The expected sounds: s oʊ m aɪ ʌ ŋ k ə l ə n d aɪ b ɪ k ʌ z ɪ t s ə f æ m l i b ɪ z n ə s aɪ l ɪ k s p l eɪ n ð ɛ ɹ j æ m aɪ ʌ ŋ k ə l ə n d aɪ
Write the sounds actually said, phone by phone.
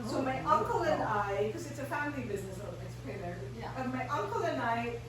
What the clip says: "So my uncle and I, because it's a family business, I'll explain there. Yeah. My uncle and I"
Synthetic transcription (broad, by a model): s oʊ m aɪ ʌ ŋ k ə l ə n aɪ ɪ k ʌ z ɪ t s ə f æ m l i b ɪ z n ə s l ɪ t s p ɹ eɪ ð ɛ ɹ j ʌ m aɪ ʌ ŋ k ə l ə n aɪ